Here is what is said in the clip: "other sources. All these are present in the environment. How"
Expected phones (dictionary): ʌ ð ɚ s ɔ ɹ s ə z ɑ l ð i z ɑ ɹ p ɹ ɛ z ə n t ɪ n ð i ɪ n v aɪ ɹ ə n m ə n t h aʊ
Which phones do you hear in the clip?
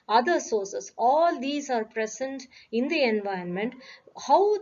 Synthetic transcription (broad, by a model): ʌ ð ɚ s ɔ ɹ s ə s ɑ l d i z ɑ ɹ p ɹ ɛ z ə n t ɪ n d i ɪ n v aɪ ə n m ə n t h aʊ